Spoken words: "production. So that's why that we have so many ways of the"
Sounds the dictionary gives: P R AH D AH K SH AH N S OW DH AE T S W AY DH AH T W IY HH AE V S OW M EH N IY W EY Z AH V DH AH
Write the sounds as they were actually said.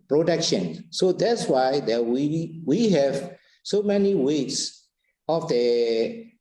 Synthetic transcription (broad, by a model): P R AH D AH K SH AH N S OW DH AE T S W AY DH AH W W IY HH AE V S OW M EH N IY W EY S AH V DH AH